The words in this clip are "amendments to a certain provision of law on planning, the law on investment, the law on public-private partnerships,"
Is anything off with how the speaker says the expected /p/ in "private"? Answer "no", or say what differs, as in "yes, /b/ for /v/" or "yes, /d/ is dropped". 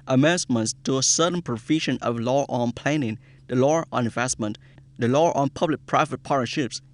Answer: no